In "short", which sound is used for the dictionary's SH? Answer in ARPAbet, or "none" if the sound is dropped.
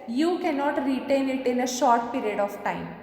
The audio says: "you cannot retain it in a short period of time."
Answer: SH